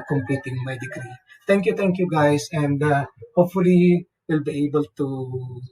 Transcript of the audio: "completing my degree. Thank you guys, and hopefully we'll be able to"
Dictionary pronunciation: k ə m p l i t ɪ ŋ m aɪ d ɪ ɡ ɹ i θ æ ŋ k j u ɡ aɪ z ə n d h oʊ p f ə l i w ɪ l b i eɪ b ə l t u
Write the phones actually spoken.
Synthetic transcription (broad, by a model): k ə m p l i t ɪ ŋ m aɪ d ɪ ɡ ɹ i t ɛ ŋ k j u ɡ aɪ s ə n d h oʊ p f ə l i w ɪ l b i eɪ b ə l t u